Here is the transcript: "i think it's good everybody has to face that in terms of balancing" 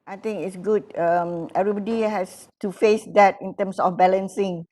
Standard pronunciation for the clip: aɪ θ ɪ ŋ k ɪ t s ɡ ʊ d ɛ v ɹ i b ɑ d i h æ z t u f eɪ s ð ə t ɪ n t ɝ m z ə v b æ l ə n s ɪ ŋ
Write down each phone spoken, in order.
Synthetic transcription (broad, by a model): aɪ t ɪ ŋ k ɪ t s ɡ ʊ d ɛ v ɹ i b ɑ d i h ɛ s t u f eɪ s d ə t ɪ n t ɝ m s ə f b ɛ l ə n s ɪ ŋ